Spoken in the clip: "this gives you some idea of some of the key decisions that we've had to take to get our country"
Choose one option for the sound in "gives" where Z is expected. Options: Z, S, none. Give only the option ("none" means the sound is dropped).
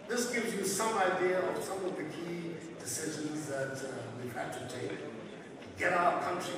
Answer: Z